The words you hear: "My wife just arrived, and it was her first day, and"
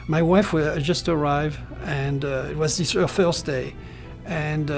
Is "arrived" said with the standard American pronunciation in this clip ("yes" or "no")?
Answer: no